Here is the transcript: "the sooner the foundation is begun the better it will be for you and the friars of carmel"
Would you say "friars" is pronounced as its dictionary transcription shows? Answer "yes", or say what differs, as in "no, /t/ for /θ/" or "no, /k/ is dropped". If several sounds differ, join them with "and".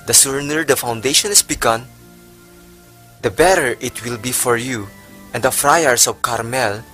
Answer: no, /s/ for /z/